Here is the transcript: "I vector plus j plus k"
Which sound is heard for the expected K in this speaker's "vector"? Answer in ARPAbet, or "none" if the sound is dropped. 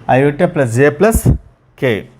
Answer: none